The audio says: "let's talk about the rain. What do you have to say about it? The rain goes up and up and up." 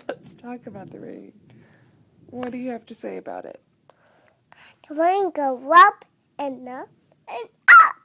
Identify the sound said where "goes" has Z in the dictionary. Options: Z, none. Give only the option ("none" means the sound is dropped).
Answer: none